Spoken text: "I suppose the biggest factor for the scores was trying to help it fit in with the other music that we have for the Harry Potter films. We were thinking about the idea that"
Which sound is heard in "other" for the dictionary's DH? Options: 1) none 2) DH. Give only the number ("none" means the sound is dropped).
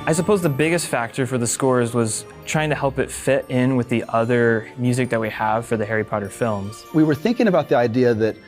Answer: 2